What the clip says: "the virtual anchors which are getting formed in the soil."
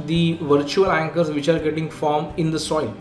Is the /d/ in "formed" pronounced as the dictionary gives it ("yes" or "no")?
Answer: no